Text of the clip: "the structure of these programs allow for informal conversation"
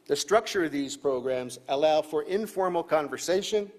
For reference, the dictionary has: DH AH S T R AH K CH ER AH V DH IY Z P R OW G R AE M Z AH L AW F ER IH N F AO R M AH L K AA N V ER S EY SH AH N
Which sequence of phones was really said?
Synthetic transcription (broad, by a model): DH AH S T R AH K CH ER AH V DH IY Z P R OW G R AE M Z AH L AW F ER IH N F AO R M L K AA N V ER S EY SH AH N